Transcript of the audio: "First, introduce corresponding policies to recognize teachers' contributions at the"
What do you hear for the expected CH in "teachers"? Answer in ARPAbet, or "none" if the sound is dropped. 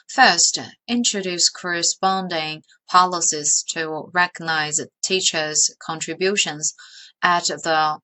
CH